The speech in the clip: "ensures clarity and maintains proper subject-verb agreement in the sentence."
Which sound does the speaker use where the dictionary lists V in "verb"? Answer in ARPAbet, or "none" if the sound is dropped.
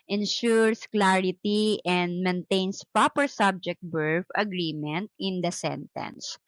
B